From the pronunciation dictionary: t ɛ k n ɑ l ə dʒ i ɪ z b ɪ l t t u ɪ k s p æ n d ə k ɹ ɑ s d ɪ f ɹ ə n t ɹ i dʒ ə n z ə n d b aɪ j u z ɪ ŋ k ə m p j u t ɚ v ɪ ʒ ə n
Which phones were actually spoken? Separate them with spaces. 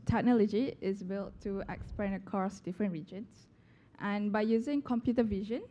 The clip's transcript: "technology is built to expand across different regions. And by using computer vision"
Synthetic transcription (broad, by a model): t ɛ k n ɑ l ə dʒ i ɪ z b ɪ l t t u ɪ k s p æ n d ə k ɑ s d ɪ f ɹ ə n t ɹ i dʒ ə n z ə n b aɪ j u z ɪ ŋ k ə m p j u t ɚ v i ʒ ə n